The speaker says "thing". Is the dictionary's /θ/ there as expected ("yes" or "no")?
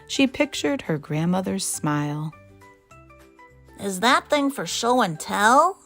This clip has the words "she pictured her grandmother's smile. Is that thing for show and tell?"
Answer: yes